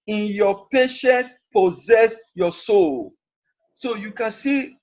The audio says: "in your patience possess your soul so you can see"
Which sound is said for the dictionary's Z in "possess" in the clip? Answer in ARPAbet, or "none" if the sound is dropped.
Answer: Z